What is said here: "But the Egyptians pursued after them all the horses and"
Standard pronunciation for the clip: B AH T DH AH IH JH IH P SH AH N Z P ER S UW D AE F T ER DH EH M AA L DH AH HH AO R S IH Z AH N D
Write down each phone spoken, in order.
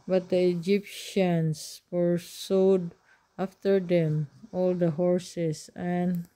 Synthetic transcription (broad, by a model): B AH T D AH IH JH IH P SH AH N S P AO S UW D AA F T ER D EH M AA L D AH HH AO R S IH S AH N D